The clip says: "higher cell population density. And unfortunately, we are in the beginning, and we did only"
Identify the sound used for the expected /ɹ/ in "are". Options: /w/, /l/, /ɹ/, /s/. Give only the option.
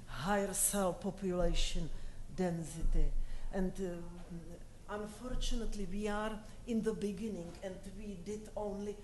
/ɹ/